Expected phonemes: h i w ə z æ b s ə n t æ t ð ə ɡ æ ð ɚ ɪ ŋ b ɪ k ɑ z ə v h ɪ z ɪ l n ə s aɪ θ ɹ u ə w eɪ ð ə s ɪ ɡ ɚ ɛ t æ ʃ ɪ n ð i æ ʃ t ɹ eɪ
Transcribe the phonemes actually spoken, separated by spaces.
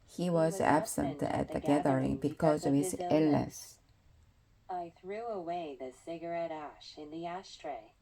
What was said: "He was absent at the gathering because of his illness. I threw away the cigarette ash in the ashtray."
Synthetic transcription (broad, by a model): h i w ə z æ b s ə n t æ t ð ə ɡ æ ð ɚ ɪ ŋ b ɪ k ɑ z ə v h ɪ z ɪ l n ə s aɪ θ ɹ u ə w eɪ ð ə s ɪ ɡ ɚ ɛ t æ ʃ ɪ n ð i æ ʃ t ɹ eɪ